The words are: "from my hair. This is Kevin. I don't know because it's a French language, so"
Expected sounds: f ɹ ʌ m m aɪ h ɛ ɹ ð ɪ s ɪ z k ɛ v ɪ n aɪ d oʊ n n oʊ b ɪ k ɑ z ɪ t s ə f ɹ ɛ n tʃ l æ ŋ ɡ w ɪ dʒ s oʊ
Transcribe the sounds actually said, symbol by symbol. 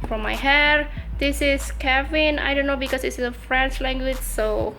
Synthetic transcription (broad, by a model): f ɹ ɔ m m aɪ h ɛ ɹ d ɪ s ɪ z k ɛ v ɪ n aɪ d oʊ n n oʊ b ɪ k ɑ s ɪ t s ə f ɹ ɛ n tʃ l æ ŋ ɡ w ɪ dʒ s oʊ